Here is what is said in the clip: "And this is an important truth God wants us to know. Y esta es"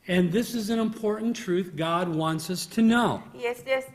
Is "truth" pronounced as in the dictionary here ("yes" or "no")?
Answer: yes